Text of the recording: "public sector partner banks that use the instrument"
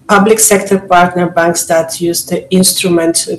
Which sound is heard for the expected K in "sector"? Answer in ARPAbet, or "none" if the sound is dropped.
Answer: K